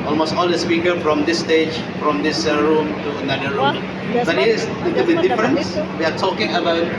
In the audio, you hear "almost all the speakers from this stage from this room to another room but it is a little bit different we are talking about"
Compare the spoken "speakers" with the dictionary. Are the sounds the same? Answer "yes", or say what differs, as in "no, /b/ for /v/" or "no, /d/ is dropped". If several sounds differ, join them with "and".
no, /z/ is dropped